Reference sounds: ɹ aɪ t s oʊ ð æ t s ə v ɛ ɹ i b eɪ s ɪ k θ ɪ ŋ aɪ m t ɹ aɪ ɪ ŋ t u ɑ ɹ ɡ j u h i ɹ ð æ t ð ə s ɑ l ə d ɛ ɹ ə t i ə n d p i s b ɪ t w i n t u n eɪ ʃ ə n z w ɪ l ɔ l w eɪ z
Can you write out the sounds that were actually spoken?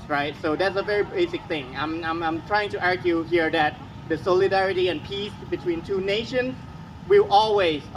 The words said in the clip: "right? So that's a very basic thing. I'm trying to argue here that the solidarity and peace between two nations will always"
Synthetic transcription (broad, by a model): ɹ aɪ t s oʊ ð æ t s ə v ɛ ɹ i b eɪ s ɪ k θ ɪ ŋ aɪ m t ɹ aɪ ɪ ŋ t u ɑ ɹ ɡ j u h i ɹ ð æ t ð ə s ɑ l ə d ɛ ɹ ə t i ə n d p i s b ɪ t w i n t u n eɪ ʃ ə n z w ɪ l ɔ l w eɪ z